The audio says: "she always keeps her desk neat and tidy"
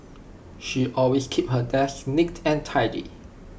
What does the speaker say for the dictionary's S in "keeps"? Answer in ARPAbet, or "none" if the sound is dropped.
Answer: none